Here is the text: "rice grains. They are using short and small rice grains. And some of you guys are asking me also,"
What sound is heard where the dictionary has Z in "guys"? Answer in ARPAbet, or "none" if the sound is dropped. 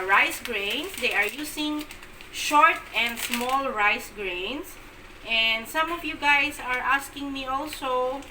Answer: S